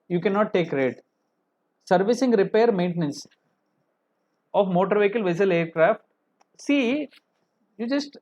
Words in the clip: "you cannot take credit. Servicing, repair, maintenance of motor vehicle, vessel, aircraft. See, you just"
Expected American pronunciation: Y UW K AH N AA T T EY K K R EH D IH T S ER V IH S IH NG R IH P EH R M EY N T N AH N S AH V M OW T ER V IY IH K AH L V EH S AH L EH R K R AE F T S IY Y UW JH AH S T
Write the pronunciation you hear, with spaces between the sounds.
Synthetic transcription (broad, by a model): Y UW K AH N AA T T EY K K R D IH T S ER V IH S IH NG R IH P EH R M EY N T N AH N S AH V M OW T ER V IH K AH L V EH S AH L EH R K R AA F T S IY Y UW JH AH S T